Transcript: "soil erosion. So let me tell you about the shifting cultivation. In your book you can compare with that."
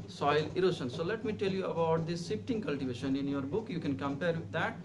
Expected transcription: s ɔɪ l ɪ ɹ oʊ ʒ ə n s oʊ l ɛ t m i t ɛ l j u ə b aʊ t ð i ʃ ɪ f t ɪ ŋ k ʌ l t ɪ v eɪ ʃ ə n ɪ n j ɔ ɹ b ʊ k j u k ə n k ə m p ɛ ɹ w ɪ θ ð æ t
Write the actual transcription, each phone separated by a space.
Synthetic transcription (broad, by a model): s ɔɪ l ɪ ɹ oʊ ʃ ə n s oʊ l ɛ t m i t ɛ l j u ə b aʊ t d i s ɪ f t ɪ ŋ k ʌ l t ɪ v eɪ ʃ ə n ɪ n j ɔ ɹ b ʊ k j u k ə n k ə m p ɛ ɹ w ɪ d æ t